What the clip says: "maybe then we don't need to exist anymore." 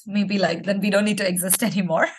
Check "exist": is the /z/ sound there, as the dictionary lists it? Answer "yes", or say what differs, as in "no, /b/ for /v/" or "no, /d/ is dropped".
yes